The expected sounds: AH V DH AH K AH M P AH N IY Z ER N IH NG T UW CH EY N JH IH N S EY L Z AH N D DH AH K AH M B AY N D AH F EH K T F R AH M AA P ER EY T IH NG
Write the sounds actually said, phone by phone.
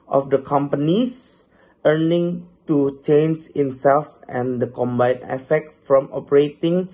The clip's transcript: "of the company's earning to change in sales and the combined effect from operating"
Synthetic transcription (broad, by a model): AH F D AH K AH M P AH N IY S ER N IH NG T UW CH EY N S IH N S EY L S AH N D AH K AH M B AY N AH F EH K T F R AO M AA P ER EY T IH NG